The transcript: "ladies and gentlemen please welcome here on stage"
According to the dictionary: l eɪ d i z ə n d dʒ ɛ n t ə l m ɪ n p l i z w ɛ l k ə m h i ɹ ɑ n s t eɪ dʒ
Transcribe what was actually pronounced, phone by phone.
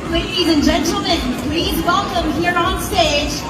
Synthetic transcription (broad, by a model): l eɪ d i z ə n dʒ ɛ n t l m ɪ n p l i z w ɛ l k ə m h i ɹ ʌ n s t eɪ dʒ